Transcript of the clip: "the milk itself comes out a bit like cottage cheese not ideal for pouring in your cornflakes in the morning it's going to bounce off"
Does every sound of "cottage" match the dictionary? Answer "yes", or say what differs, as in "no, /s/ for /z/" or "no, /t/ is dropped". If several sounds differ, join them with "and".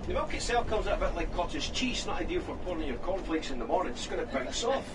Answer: no, /z/ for /dʒ/